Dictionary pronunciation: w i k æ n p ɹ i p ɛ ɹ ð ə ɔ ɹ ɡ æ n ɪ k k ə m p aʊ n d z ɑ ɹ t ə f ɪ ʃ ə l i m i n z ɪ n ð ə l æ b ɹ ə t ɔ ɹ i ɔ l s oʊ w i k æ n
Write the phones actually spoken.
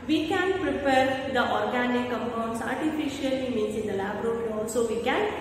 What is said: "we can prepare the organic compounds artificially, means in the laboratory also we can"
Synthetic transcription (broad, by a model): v i k æ n p ɹ i p ɛ ɹ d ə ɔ ɹ ɡ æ n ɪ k k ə m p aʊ n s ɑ ɹ t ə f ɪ ʃ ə l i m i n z ɪ n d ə l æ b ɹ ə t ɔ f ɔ n s oʊ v i k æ n